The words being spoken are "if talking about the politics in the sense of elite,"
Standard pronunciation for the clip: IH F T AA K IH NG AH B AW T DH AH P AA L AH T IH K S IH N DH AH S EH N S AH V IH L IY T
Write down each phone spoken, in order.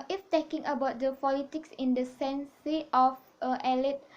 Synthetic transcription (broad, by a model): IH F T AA K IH NG AH B AW T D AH P AA L AH T IH K S IH N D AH S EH N S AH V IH L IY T